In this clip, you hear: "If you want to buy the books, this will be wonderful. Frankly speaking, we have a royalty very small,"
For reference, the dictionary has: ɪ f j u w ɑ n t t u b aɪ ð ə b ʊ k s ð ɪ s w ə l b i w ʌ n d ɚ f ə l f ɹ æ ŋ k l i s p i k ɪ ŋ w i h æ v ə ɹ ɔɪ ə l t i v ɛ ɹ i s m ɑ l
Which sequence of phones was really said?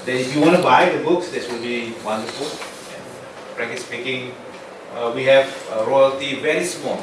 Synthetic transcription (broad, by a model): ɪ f j u w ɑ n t t u b aɪ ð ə b ʊ k s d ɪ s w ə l b i w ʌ n d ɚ f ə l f ɹ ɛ k i s p i k ɪ ŋ w i h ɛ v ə ɹ ɔɪ ə l t i v ɛ ɹ i s m ɑ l